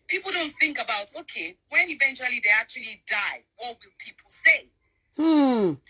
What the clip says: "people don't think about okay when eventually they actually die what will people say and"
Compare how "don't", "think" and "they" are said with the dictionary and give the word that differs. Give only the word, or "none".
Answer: none